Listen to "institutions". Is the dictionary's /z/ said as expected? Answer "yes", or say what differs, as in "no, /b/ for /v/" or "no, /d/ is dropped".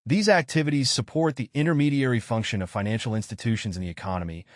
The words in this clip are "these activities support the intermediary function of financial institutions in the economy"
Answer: yes